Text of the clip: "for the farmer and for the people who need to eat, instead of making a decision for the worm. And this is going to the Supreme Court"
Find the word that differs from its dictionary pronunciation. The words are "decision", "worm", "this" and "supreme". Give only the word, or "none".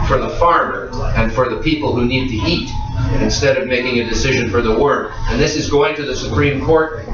worm